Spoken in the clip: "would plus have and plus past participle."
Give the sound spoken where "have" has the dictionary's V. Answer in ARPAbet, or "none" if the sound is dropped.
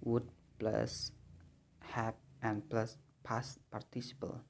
P